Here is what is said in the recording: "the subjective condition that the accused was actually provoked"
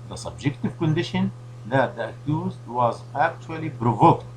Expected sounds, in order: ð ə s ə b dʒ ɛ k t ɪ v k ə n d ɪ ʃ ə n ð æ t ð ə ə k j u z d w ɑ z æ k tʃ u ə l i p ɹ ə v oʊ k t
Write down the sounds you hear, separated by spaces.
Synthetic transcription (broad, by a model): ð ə s ə b dʒ ɛ k t ɪ v k ə n d ɪ ʃ ə n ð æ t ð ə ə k j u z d w ɑ z æ k tʃ u ə l i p ɹ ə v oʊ k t